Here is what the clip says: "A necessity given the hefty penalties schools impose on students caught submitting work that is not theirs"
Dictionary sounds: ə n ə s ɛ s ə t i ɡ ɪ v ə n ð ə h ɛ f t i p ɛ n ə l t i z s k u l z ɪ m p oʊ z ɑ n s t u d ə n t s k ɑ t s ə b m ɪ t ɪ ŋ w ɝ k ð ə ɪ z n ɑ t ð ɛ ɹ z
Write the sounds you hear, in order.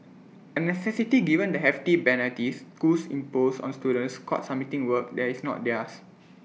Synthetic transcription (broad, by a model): ə n ə s ɛ s ə t i ɡ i v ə n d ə h ɛ f t i b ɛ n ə t i s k u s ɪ m p oʊ s ɑ n s t u d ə n s k ɑ t s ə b m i t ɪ ŋ w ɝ k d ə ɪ s n ɑ t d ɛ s